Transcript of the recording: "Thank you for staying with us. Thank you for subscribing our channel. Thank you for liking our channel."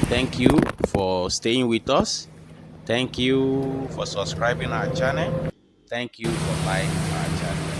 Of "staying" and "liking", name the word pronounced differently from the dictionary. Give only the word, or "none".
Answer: liking